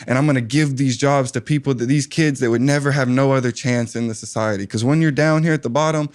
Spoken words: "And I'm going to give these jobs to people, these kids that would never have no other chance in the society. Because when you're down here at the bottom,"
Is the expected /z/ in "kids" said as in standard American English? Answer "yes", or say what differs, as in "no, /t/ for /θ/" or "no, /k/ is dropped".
yes